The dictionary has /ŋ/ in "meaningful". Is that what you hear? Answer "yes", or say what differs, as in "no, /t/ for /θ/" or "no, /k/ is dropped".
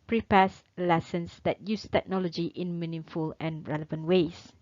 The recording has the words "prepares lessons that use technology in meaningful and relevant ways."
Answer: no, /ŋ/ is dropped